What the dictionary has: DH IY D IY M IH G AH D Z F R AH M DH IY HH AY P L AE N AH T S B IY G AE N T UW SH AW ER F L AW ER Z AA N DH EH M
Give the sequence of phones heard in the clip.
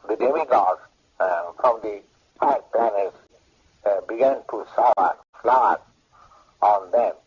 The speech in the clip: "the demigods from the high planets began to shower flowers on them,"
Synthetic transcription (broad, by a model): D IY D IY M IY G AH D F R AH M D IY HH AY P L AE N AH T S B IY G AE N T UW S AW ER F L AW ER AA N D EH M